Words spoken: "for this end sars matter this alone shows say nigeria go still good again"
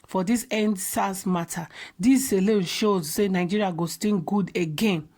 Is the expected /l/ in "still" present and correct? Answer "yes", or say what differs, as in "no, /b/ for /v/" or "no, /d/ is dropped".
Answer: no, /n/ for /l/